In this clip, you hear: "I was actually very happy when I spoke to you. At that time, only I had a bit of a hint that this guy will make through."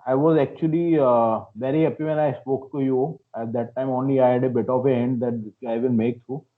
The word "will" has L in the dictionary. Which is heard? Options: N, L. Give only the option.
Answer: N